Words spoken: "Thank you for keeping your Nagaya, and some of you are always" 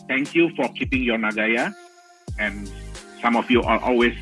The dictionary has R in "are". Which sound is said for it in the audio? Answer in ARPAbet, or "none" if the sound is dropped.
L